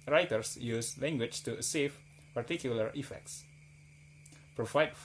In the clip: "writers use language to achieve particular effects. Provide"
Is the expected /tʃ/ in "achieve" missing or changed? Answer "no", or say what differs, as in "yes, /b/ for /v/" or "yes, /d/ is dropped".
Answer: yes, /s/ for /tʃ/